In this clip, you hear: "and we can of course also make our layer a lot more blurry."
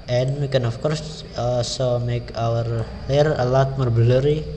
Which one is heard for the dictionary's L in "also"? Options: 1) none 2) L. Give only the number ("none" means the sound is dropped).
1